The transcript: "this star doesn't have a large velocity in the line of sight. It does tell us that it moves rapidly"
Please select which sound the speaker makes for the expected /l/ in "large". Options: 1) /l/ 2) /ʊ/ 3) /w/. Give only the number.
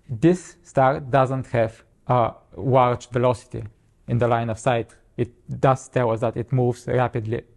3